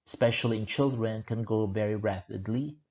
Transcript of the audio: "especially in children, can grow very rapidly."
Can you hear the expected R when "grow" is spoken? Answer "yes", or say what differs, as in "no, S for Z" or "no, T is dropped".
no, R is dropped